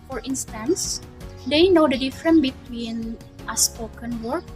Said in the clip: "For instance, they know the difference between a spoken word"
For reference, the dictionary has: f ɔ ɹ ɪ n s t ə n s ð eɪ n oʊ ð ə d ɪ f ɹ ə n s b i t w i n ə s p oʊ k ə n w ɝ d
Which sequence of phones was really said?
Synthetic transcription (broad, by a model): f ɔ ɹ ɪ n s t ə n s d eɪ n oʊ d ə d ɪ f ɹ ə n b i t w i n ə s p oʊ k ə n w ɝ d